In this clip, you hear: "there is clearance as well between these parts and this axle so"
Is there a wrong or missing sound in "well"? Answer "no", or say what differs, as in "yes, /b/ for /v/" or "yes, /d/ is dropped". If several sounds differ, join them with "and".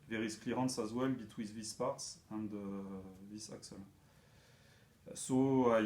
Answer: no